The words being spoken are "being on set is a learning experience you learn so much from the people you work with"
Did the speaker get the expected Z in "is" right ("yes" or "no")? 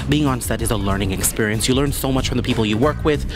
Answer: yes